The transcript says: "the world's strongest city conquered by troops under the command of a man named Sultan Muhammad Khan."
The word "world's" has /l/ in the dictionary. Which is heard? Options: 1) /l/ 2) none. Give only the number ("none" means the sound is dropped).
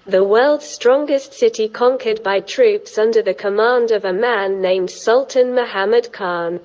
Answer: 1